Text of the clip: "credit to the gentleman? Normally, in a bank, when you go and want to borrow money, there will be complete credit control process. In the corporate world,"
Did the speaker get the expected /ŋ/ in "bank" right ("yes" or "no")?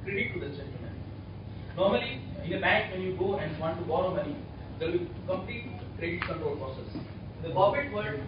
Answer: no